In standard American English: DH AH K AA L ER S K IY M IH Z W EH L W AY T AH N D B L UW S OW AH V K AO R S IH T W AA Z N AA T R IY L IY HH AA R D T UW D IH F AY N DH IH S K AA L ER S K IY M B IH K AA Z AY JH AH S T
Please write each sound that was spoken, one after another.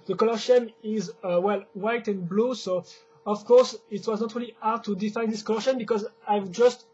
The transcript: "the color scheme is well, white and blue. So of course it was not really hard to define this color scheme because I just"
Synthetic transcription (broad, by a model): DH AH K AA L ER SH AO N IH Z W EH L W AY T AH N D B L UW S OW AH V K AO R S IH T W AA Z N AA T R IY L IY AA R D T UW D IH F AY N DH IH S K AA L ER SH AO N B IH K AA Z AY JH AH S T